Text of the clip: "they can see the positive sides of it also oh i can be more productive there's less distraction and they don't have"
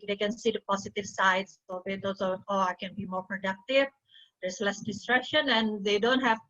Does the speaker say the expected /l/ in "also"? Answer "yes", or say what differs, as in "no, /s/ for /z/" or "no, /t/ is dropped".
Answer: no, /l/ is dropped